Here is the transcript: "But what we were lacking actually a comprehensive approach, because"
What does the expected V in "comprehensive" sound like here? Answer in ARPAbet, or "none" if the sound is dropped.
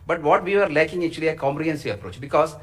none